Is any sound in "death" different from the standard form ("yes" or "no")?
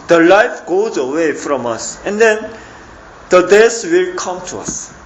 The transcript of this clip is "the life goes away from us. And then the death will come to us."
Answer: yes